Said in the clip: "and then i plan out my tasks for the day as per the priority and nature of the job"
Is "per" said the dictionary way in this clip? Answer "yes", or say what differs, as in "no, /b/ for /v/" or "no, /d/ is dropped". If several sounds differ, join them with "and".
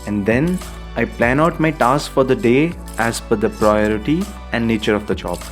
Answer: no, /f/ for /p/